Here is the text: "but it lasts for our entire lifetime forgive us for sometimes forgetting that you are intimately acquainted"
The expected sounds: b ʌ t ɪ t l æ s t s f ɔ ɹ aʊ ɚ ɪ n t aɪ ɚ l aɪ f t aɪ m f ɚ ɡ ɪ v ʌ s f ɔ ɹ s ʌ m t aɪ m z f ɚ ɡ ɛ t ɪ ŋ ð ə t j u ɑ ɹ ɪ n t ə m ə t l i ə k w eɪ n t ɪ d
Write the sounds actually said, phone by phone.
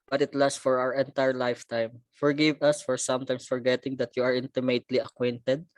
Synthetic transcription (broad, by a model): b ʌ t ɪ t l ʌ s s f ɔ ɹ aʊ ɚ ɪ n t aɪ ɚ l aɪ f t aɪ m f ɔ ɡ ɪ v ʌ s f ɔ ɹ s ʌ m t aɪ m s f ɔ ɡ ɛ t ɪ ŋ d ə t j u ɑ ɹ ɪ n t ə m ə t l i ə k w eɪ n t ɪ d